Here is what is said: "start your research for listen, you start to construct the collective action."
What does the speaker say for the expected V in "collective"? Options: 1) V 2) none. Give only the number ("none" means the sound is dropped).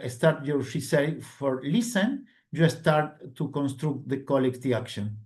2